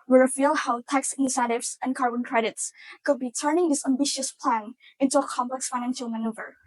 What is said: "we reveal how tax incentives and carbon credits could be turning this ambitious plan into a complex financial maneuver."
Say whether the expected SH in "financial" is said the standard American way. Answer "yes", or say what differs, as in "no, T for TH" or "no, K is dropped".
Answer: yes